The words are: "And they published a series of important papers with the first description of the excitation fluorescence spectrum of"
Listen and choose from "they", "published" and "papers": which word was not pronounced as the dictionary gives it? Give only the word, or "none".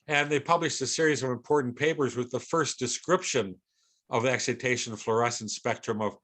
none